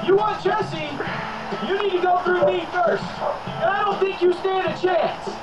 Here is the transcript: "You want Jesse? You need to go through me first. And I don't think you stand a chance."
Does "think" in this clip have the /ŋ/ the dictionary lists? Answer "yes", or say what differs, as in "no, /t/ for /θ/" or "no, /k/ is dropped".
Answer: yes